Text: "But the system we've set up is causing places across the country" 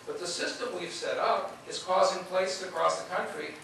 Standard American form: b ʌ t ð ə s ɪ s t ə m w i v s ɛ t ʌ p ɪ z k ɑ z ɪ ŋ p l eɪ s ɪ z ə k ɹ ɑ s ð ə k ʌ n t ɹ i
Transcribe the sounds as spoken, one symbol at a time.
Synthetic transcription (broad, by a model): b ʌ t ð ə s ɪ s t ə m w i v s ɛ t ʌ p ɪ z k ɑ z ɪ ŋ p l eɪ ɪ s ə k ɹ ɑ s ð ə k ʌ n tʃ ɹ i